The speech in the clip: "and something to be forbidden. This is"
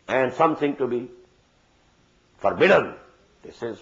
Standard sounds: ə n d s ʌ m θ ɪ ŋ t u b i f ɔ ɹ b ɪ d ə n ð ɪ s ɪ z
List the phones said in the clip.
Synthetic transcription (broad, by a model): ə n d s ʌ m t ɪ ŋ t u b i f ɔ ɹ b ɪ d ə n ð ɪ s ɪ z